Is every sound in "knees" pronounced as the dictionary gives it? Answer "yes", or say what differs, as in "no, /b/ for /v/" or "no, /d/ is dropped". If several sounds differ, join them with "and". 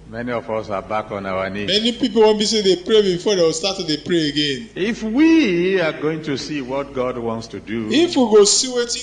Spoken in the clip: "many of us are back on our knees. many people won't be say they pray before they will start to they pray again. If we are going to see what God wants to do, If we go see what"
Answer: no, /z/ is dropped